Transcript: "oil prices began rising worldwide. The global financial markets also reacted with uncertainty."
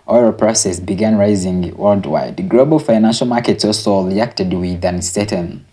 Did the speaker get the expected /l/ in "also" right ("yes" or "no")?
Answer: no